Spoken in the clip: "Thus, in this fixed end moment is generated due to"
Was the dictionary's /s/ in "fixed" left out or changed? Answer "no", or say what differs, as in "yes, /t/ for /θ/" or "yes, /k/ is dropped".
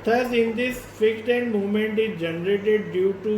yes, /s/ is dropped